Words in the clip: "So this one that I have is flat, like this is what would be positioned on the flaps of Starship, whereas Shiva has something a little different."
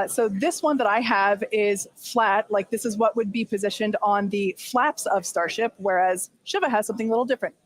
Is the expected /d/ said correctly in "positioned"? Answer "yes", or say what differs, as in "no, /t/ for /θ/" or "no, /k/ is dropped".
yes